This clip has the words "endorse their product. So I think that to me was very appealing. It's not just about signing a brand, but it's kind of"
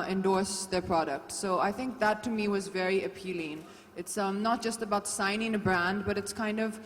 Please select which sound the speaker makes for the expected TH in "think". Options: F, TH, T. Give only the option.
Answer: TH